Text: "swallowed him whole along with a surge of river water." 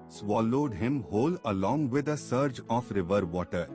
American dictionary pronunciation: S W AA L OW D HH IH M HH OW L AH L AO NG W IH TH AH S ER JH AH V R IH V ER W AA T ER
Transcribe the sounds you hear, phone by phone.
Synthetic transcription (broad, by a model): S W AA L OW D HH IH M HH OW L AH L AO NG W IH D AH S ER JH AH F R IH V ER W AA T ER